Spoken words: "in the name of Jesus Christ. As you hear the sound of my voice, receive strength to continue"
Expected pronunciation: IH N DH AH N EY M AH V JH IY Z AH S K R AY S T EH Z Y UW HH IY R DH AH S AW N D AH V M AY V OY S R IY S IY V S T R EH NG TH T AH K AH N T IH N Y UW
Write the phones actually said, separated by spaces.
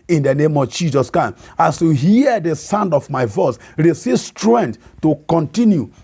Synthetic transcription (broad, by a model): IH N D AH N EY M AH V JH IY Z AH S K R AY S AA S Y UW HH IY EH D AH S AW N D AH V M AY V OY S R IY S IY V S T R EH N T T AH K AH N T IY N Y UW